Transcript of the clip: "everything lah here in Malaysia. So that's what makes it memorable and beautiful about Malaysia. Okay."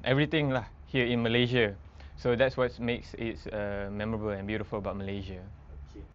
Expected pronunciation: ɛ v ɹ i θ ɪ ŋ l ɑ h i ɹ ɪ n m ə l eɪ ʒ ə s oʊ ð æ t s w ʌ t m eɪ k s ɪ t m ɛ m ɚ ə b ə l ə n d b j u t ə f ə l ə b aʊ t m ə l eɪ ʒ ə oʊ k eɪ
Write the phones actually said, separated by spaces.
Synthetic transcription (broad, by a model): ɛ v ɹ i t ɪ ŋ l ɑ h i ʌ ɪ n m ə l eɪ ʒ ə s oʊ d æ t s w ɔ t m eɪ k s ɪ t m ɛ m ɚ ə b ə l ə n b j u t ə f ə l ə b aʊ t m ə l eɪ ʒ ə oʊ